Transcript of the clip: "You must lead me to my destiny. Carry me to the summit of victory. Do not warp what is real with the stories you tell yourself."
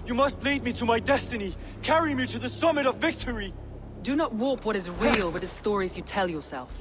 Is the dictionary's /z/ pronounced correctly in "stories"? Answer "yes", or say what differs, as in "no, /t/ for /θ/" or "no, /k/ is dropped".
yes